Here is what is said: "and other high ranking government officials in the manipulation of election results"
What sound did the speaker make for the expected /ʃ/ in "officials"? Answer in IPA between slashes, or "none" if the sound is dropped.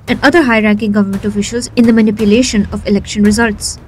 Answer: /ʃ/